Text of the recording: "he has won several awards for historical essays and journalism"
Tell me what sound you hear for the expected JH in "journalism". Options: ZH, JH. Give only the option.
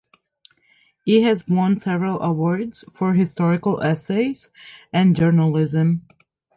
JH